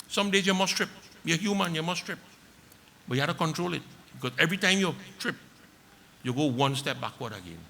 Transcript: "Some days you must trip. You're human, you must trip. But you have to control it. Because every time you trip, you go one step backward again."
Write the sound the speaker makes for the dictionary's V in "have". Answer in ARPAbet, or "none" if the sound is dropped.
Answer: F